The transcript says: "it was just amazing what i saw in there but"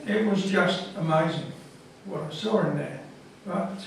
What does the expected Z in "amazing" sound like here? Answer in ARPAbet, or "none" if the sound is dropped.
Z